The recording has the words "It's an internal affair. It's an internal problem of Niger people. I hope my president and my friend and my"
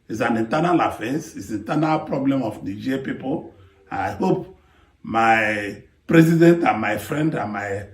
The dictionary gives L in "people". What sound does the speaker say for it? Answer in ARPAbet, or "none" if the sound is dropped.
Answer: N